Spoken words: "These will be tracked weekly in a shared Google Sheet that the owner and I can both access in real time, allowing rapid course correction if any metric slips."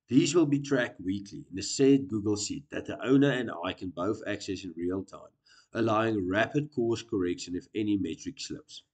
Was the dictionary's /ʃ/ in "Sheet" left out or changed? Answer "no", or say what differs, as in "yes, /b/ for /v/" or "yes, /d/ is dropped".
yes, /s/ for /ʃ/